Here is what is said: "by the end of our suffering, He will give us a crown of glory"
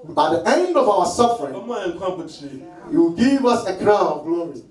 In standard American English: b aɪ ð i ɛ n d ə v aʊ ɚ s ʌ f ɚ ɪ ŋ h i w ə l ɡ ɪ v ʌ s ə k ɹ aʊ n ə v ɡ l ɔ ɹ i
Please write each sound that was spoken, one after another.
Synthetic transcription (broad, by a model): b aɪ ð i ɛ n d ə v aʊ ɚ s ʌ f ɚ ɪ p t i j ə w ɡ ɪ v ʌ s ə k ɹ aʊ n ə v ɡ l ɔ ɹ i